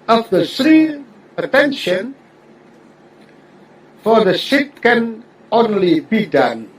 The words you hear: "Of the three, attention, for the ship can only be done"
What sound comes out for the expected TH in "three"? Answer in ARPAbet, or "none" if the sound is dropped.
S